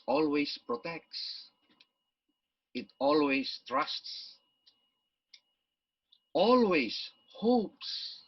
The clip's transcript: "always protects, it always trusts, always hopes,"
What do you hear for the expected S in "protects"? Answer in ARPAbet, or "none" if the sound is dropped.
S